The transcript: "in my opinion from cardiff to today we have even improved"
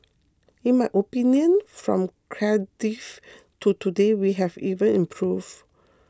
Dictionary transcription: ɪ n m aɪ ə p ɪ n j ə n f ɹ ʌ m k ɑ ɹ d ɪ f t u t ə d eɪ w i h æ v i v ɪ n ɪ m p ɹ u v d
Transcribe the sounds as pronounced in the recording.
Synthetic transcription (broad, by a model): ɪ n m aɪ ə p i n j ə n f ɹ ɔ m k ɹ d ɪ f t u t ə d eɪ w i h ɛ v i v ɪ n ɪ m p ɹ u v